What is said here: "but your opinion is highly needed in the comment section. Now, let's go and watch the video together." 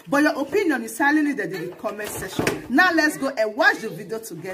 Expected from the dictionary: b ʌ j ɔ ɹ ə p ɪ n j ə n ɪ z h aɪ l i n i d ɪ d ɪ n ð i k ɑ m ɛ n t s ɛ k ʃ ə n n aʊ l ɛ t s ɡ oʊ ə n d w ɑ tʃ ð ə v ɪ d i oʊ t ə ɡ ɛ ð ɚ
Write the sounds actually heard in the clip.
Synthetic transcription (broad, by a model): b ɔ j ɔ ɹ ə p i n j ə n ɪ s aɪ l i l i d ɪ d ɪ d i k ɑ m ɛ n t s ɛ ʃ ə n n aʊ l ɛ t s ɡ oʊ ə w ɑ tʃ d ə v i d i oʊ t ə ɡ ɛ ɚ